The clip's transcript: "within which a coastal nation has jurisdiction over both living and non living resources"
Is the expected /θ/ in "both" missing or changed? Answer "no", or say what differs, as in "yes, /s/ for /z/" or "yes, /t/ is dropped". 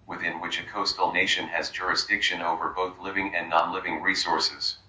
no